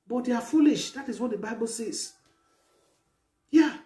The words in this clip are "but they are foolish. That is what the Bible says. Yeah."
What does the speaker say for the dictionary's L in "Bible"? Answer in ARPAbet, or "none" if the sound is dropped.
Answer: L